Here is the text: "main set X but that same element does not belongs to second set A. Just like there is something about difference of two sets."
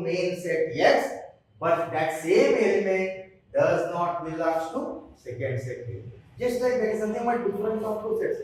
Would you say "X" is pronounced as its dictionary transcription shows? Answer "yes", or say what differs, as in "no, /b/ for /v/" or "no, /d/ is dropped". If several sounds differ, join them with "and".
no, /k/ is dropped